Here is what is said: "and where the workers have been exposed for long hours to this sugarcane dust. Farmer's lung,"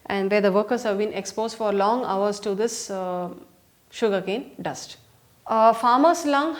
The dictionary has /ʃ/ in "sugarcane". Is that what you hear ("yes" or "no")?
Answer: yes